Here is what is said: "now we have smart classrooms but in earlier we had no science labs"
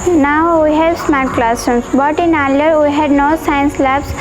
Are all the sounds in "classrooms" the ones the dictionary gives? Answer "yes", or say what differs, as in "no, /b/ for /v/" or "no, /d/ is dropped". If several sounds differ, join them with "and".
no, /ɹ/ is dropped and /s/ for /z/